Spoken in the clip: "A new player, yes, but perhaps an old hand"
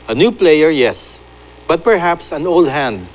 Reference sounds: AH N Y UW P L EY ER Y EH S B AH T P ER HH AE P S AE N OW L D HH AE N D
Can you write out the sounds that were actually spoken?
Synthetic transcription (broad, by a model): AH N Y UW P L EY ER Y EH S B AH T P ER HH AE P S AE N OW L D HH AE N D